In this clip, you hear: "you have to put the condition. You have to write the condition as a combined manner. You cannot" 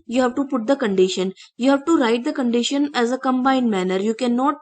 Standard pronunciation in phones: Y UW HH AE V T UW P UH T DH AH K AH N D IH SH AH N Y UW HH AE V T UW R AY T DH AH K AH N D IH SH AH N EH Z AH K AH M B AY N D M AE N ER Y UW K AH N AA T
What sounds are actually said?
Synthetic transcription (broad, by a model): Y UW HH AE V T UW P UH T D AH K AH N D IH SH AH N Y UW HH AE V T UW R AY T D AH K AH N D IH SH AH N EH Z AH K AH M B AY N D M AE N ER Y UW K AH N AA T